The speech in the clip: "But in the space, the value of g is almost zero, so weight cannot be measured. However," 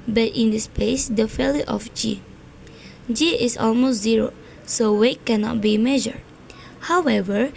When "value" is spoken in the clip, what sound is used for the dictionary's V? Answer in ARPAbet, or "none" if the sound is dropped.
F